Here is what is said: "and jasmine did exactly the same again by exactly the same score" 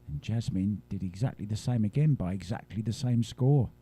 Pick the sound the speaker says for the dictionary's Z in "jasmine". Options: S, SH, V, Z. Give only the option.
Z